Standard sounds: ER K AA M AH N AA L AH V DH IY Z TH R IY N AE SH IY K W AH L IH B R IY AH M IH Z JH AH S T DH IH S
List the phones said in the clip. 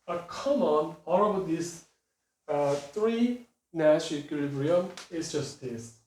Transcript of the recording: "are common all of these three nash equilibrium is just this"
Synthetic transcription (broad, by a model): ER K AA M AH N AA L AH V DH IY S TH R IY N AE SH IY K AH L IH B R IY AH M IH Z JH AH S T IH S